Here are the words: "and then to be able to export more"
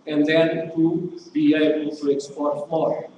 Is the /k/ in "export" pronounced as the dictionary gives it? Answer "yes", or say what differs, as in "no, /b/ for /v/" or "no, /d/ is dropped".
yes